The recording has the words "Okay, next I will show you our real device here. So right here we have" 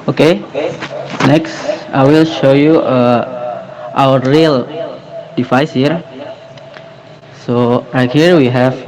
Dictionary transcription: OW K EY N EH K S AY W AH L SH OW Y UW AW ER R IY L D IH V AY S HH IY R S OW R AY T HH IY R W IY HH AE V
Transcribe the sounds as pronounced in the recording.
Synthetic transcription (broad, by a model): OW K EY N EH K S AY W AH L SH OW Y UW AW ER R IY L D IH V AY S HH IY R S OW R AY T HH IY R W IY HH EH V